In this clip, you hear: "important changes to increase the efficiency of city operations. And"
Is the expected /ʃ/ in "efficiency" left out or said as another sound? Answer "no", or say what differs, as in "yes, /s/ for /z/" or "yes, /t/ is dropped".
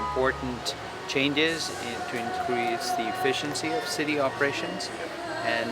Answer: no